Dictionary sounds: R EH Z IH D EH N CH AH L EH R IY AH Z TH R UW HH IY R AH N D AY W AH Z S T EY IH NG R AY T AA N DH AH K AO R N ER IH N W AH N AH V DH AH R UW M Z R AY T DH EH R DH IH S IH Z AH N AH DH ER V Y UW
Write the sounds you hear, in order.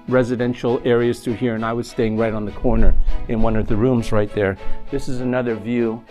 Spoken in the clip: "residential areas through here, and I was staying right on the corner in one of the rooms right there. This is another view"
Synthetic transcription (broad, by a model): R EH Z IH D EH N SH L EH R IY AH Z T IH HH IY R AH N AY W AH Z S T EY IH NG R AY T N DH AH K AO R N ER IH N W AH N AH V DH AH R UW M Z R AY T DH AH R DH IH S IH Z AH N AH DH ER V Y UW